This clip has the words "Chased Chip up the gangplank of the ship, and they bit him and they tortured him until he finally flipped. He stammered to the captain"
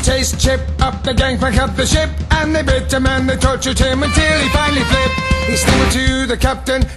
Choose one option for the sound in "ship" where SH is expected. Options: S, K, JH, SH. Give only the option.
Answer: SH